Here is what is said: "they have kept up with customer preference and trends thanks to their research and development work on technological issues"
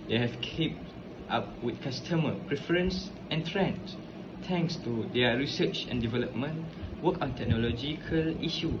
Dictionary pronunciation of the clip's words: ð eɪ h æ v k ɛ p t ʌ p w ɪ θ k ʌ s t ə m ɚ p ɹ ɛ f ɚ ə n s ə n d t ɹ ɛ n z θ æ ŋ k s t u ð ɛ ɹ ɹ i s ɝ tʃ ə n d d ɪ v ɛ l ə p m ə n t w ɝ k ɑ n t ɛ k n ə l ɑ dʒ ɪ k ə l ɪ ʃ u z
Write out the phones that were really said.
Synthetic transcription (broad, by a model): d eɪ h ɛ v k ɛ p t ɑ p w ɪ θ k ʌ s t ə m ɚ p ɹ ɛ f ɚ ə n s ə n t ɹ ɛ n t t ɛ ŋ k s t u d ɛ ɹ ɹ i s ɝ tʃ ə n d d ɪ v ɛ l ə p m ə n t w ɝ k ɑ n t ɛ k n ə l ɑ dʒ ɪ k ə l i ʃ u